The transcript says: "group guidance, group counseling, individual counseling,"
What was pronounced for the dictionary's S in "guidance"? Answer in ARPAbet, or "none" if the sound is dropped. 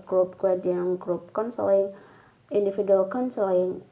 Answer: none